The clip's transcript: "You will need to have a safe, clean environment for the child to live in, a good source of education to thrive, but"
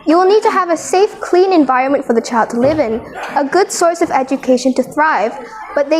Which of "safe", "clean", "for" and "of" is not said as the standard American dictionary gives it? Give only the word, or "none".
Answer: none